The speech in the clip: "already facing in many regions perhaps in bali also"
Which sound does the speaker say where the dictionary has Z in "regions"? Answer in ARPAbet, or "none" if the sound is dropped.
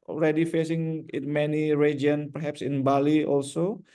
none